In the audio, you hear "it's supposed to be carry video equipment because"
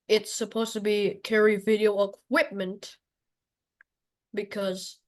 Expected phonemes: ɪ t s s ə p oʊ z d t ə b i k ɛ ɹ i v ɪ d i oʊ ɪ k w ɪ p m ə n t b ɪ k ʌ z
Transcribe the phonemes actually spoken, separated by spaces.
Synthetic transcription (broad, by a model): ɪ t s s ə p oʊ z t ə b i k ɛ ɹ i v ɪ d i oʊ ɪ k w ɪ p m ə n t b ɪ k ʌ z